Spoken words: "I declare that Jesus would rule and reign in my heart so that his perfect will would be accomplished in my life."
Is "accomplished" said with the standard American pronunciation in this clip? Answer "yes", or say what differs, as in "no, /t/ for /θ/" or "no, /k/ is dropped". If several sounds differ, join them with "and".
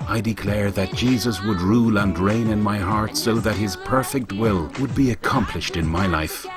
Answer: yes